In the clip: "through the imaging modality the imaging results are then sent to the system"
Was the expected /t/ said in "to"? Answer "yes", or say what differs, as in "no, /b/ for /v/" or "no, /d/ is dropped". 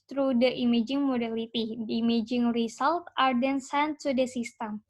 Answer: no, /s/ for /t/